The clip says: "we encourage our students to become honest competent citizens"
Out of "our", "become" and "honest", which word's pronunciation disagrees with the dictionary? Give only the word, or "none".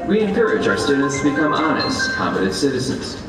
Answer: none